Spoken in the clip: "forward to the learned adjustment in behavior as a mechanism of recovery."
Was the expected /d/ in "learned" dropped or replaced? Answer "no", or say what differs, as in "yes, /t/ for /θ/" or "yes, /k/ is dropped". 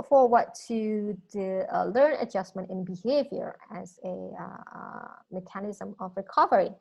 yes, /d/ is dropped